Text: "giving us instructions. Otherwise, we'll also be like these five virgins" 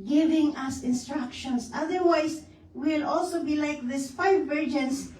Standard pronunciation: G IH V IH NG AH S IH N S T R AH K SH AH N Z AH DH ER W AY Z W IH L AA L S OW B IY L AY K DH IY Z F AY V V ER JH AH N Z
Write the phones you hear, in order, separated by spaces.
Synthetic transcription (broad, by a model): G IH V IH NG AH S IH N S T R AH K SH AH N S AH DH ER W AY S W IH L AA L S OW B IY L AY K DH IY S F AY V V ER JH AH N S